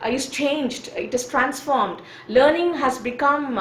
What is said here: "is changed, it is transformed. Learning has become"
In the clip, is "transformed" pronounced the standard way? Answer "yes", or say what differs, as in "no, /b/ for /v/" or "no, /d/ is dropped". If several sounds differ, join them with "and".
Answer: yes